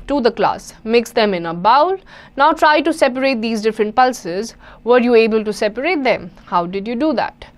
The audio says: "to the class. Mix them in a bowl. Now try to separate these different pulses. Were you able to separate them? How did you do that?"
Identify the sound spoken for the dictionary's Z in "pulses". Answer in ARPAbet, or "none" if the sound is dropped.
Z